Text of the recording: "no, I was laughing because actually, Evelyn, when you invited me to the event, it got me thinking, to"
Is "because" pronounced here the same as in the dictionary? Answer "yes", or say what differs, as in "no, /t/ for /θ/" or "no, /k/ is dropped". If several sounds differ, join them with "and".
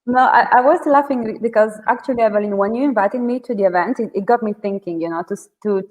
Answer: yes